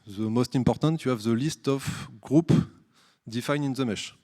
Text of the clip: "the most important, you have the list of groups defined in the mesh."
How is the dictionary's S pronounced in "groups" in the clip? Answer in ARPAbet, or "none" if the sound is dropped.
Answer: none